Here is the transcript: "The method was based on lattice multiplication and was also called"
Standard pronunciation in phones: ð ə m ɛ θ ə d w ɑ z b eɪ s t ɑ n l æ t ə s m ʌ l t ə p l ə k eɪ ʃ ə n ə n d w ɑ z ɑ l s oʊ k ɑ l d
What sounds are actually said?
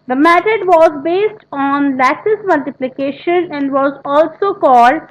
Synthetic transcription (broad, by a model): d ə m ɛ t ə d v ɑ z b eɪ s t ɑ n l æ s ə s m ʌ l t ə p l ə k eɪ ʃ ə n ə n d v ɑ z ɑ l s oʊ k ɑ l d